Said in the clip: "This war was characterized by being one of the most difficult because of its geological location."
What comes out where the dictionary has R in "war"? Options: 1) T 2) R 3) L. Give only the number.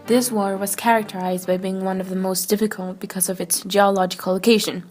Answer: 2